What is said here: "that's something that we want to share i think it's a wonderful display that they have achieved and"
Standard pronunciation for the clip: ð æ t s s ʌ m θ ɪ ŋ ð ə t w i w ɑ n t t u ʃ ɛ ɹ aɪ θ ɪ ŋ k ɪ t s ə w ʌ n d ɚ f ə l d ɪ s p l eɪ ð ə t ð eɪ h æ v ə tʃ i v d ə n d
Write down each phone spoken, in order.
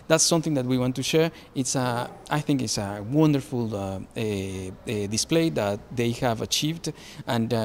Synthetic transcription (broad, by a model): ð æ t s s ʌ m θ ɪ ŋ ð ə t w i w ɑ n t t u ʃ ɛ ɹ aɪ θ ɪ ŋ k ɪ t s ə w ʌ n d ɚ f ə l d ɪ s p l eɪ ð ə t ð eɪ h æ v ə tʃ i v d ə n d